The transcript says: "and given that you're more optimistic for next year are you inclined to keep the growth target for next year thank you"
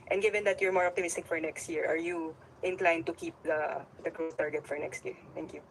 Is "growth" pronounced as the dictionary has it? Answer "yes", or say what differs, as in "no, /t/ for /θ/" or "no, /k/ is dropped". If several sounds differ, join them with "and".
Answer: no, /s/ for /θ/